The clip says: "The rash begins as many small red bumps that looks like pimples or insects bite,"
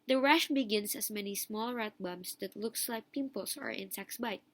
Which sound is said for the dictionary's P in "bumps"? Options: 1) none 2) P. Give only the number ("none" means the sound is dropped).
1